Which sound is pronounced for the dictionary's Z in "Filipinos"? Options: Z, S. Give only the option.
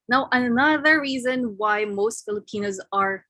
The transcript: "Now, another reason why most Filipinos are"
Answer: Z